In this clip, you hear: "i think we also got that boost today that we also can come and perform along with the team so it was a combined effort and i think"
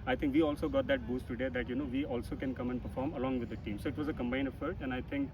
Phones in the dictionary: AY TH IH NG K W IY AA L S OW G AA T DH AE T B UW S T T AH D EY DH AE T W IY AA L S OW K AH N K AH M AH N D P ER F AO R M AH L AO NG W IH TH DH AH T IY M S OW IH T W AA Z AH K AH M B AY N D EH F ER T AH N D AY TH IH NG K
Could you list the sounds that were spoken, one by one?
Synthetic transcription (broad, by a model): AY T IH NG K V IY AA L S OW G AA T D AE T B UW S T T AH D EY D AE T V IY AA L S OW K AH N K AH M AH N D P ER F AO R M AH L AO NG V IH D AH T IY M S OW IH T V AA Z AH K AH M B AY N EH F ER T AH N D AY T IH NG K